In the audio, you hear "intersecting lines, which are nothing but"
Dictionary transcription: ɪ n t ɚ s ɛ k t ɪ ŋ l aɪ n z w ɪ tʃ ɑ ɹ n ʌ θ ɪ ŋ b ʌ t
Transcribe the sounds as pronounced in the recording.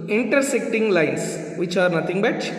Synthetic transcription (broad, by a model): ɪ n t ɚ s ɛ k t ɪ ŋ l aɪ n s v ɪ tʃ ɑ ɹ n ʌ t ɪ ŋ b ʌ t